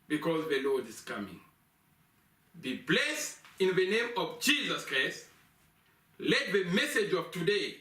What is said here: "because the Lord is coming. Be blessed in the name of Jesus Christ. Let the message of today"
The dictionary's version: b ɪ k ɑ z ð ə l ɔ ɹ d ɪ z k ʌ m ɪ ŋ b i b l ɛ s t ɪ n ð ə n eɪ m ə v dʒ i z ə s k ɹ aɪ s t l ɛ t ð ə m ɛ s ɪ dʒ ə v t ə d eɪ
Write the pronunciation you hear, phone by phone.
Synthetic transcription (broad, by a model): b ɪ k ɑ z ð ə l ɔ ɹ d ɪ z k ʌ m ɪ ŋ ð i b l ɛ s ɪ n ð ə n eɪ m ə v dʒ i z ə s k ɹ aɪ s t l ɛ t ð ə m ɛ s ɪ dʒ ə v t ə d eɪ